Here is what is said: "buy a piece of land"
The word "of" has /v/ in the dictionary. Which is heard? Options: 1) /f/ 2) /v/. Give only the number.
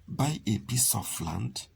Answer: 1